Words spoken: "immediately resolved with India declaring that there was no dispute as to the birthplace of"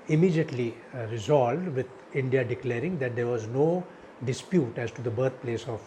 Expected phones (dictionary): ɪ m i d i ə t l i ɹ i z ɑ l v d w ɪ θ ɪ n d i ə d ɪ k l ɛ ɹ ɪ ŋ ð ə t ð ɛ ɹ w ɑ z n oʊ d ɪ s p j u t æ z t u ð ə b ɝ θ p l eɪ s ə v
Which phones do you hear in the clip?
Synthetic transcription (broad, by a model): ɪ m i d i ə t l i ɹ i z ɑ l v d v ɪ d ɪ n d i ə d ɪ k l ɛ ɹ ɪ ŋ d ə t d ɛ ɹ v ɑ z n oʊ d ɪ s p j u t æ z t u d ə b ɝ t p l eɪ s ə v